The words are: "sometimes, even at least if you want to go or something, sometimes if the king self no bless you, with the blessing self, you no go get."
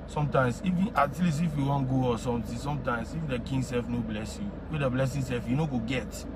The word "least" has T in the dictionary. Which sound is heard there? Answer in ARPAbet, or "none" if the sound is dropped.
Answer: none